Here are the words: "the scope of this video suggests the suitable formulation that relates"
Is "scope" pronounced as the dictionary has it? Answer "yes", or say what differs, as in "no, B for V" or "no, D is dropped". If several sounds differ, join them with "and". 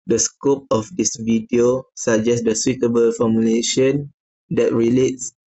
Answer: yes